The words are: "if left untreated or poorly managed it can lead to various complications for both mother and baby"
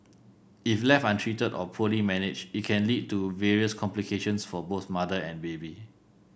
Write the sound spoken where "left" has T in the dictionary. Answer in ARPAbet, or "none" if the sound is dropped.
none